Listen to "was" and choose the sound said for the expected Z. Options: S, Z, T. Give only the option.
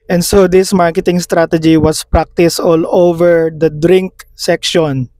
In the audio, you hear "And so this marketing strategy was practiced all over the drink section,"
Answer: S